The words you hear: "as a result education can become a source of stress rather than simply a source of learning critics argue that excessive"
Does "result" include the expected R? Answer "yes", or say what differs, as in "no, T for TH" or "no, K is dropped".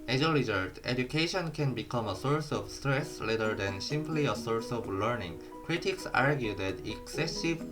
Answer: no, L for R